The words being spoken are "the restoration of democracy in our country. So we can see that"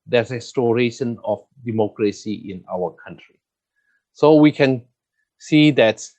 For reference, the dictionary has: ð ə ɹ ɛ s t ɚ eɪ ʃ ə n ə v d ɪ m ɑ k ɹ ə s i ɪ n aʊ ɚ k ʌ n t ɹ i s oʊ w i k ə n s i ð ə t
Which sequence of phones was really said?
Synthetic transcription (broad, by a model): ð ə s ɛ s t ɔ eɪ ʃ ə n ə f d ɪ m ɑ k ɹ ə s i ɪ n aʊ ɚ k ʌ n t ɹ i s oʊ w i k ə n s i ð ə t